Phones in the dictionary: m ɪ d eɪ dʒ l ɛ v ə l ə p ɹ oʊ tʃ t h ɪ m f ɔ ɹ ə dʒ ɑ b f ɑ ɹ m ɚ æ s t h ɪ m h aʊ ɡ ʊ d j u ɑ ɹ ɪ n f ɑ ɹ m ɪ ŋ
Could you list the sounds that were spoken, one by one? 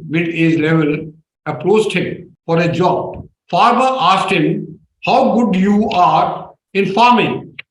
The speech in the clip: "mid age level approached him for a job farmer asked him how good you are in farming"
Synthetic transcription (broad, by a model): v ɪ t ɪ z l ɛ v ə l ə p ɹ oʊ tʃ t h ɪ m f ɔ ɹ ə dʒ ɑ b f ɑ ɹ m ɚ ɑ s t h ɪ m h aʊ ɡ ʊ d j u ɑ ɹ ɪ n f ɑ ɹ m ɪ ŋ